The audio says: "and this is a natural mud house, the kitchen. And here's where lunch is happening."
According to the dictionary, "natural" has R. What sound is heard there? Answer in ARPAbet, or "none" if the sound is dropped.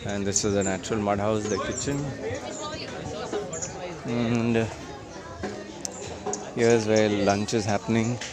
R